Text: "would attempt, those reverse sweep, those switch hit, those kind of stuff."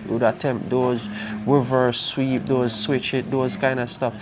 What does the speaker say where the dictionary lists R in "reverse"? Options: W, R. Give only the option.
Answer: W